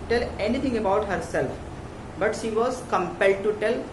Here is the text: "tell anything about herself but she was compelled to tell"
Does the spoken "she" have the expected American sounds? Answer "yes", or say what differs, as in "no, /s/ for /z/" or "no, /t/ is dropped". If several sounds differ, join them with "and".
yes